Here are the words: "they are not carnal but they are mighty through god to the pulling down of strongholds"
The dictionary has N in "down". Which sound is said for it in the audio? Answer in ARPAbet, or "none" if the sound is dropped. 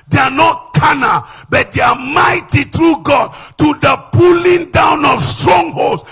N